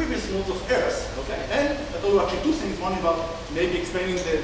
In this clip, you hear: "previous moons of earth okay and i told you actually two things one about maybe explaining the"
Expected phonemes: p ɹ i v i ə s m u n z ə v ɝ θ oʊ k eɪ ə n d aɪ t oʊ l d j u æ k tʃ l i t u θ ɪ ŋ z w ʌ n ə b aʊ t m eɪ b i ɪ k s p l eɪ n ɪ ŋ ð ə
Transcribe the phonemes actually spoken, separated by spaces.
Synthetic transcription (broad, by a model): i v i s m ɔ z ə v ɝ s oʊ k eɪ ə n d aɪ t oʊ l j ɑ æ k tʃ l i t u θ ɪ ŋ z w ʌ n ə b aʊ t m eɪ b i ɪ k s p l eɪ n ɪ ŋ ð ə